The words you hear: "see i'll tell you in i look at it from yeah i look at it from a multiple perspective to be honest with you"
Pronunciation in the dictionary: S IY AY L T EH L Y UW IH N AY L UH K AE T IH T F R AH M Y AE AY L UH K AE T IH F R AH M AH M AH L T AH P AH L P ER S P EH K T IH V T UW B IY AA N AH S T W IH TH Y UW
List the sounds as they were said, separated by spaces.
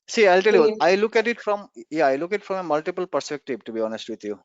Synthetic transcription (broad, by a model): S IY AY L T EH L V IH L AY L UH K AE T IH T F R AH M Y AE AY L UH K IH T F R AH M AH M AH L T AH P AH L P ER S P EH K T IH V T UW B IY AA N AH S T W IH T Y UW